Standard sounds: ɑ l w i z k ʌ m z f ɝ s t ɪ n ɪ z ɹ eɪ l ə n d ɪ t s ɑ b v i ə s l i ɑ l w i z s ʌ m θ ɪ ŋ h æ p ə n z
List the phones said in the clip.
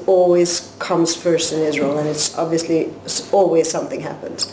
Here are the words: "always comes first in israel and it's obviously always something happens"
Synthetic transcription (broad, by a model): ɑ l w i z k ʌ m z f ɝ s t ɪ n ɪ z ɹ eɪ l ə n ɪ t s ɑ b v i ə s l i ɑ l w i z s ʌ m θ ɪ ŋ h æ p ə n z